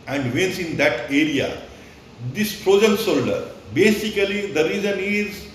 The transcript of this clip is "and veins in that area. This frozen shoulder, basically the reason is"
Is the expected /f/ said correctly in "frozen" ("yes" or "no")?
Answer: no